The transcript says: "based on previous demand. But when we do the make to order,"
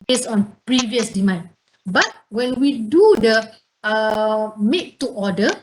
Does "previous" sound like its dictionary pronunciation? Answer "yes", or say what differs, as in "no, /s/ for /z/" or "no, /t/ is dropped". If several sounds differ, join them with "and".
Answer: yes